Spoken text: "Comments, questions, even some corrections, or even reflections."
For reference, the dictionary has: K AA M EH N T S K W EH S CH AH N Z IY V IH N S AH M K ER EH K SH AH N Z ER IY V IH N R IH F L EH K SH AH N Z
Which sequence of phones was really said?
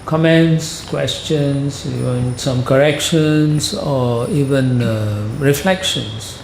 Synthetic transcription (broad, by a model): K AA M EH N T S K W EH S CH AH N S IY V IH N S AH M K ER EH K SH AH N S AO IY V IH N R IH F L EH K SH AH N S